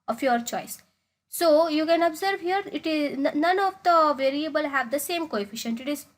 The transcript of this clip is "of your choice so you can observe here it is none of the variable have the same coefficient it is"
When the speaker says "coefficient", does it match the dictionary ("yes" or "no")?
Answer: yes